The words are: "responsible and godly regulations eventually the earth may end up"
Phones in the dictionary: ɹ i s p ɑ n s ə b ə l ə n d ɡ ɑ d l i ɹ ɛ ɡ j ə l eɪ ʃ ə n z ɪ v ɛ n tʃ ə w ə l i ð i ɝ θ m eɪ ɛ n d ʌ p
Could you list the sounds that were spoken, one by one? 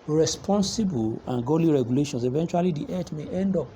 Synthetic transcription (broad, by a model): ɹ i s p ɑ n s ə b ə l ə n ɡ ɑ l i ɹ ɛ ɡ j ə l eɪ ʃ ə n s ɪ v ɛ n tʃ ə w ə l i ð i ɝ t m eɪ ɛ n d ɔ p